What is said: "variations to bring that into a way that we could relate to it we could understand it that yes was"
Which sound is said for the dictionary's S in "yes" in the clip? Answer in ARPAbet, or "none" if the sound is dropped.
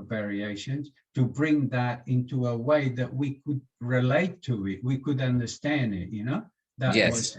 none